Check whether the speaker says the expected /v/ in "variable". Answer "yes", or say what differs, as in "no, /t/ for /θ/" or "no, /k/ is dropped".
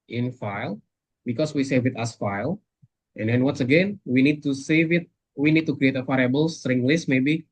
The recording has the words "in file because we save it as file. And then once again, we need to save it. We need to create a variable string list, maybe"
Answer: no, /f/ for /v/